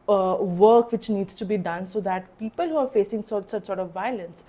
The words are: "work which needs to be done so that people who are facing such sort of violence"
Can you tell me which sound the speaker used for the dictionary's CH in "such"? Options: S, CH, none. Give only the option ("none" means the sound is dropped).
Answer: S